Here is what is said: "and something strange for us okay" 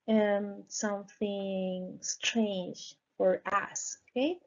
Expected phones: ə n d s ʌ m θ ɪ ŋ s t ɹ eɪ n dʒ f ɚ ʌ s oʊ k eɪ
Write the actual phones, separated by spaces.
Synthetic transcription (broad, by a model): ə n s ʌ m θ ɪ ŋ s t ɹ eɪ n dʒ f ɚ ʌ s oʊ k eɪ